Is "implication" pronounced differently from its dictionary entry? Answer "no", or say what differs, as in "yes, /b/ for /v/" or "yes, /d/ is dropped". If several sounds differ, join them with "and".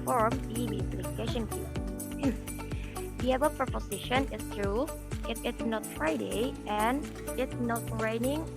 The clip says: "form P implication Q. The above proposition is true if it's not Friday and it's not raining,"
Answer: yes, /m/ is dropped